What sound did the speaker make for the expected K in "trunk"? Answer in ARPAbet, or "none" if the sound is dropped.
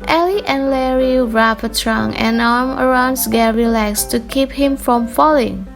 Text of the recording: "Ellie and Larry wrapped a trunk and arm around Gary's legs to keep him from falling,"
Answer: none